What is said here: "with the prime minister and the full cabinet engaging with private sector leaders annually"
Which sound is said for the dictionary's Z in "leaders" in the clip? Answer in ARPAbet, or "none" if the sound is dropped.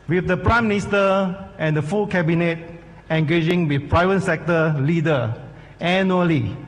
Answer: none